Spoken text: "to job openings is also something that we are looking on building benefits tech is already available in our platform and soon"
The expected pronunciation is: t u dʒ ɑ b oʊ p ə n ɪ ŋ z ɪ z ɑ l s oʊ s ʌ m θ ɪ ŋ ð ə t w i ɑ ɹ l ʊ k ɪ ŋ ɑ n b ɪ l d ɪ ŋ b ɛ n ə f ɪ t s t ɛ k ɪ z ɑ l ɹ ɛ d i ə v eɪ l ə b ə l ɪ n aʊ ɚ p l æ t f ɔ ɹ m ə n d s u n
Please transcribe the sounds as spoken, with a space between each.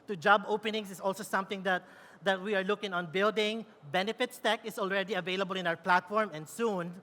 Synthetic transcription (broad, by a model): t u dʒ ɑ b oʊ p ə n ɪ ŋ s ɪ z ɑ l s oʊ s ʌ m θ ɪ ŋ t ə t w i ɑ ɹ l ʊ k ɪ ŋ ɑ n b ɪ l d ɪ ŋ b ɛ n ə f ɪ t s t ɛ k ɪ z ɑ l ɹ ɛ d i ə v eɪ l ə b ə l ɪ n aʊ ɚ p l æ t f ɔ ɹ m ə n d s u n